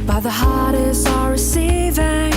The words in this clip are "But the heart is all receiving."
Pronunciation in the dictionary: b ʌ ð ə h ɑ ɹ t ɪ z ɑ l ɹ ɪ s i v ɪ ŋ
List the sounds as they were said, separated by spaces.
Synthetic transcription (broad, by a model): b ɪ ð ə h ɑ ɹ t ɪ s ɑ ɹ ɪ s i v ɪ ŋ